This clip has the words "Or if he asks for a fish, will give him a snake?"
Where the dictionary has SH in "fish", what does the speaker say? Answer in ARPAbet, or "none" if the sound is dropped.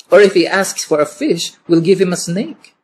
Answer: SH